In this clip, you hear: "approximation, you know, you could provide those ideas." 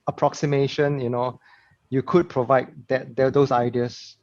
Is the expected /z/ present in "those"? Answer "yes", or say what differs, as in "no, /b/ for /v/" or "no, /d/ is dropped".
no, /s/ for /z/